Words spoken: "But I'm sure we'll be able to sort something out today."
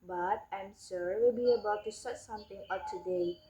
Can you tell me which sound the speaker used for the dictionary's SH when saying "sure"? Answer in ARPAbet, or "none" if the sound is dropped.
S